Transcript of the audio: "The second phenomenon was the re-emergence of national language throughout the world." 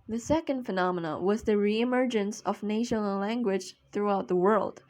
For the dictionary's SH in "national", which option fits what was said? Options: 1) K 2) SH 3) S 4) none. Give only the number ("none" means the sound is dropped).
4